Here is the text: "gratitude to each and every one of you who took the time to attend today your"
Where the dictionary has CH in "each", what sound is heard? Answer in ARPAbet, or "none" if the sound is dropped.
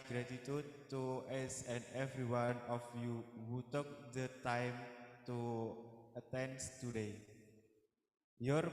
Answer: S